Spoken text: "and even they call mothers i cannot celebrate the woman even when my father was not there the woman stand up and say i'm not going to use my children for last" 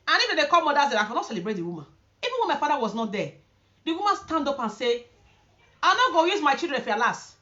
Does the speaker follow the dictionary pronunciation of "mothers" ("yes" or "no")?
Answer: no